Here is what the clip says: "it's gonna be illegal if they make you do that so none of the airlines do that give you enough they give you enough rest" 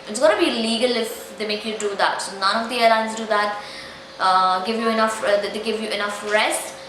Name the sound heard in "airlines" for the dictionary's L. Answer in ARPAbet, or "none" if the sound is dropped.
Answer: none